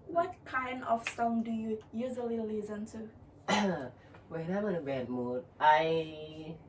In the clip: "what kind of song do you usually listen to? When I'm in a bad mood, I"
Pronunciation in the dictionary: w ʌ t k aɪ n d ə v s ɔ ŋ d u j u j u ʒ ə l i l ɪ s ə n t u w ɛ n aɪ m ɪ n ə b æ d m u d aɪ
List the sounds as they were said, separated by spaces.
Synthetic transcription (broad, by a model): w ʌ t k aɪ n d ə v s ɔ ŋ d u j u j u z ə l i l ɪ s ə n t u w ɛ n aɪ m ɪ n ə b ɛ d m u d aɪ